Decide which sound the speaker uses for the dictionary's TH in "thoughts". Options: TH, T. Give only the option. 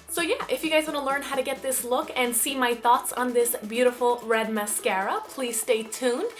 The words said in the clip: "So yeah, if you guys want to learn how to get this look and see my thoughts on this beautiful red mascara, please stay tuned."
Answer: TH